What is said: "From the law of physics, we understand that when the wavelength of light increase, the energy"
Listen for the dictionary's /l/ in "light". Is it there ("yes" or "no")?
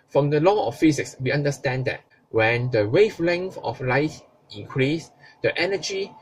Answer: yes